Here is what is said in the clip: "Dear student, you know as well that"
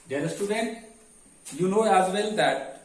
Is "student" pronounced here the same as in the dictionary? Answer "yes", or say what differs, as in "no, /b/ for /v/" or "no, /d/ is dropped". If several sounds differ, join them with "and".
yes